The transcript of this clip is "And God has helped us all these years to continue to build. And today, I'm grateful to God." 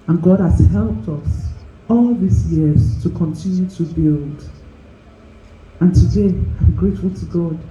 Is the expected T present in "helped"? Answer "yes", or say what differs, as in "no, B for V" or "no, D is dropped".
yes